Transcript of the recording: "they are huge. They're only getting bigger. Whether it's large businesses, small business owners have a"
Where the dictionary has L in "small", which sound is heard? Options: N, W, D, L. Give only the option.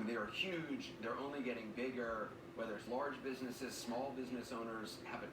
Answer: L